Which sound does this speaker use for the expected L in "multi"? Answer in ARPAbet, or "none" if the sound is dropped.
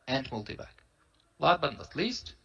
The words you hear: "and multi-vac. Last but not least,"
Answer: L